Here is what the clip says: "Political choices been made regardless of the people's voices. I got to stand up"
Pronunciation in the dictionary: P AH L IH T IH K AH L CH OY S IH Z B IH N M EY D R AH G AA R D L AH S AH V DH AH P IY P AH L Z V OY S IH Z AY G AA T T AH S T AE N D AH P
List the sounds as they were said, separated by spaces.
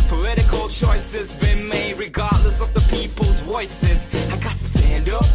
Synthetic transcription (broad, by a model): P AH L IH T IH K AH L CH OY S IH Z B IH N M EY R AH G AA R D L AH S AH V DH AH P IY P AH L Z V OY S IH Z AY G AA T T AH S T AE N D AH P